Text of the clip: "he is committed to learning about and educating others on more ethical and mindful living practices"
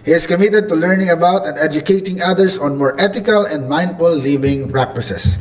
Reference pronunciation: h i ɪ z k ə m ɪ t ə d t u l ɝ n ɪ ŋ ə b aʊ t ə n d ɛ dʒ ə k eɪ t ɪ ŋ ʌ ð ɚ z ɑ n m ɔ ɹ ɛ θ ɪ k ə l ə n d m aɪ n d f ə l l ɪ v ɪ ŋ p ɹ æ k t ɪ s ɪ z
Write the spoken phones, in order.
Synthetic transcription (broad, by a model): h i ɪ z k ə m ɪ t ə d t u l ɝ n ɪ ŋ ə b aʊ t ə n d ɛ dʒ ə k eɪ t ɪ ŋ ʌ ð ɚ s ɑ n m ɔ ɹ ɛ t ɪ k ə l ə n d m aɪ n d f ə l l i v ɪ ŋ p ɹ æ k t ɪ s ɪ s